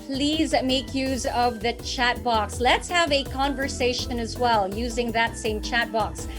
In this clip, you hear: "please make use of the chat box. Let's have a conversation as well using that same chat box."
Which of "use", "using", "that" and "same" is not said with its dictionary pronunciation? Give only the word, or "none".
none